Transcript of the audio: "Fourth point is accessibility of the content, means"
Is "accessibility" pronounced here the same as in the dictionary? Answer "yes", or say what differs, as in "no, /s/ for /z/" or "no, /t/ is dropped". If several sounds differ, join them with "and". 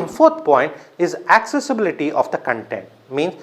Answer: yes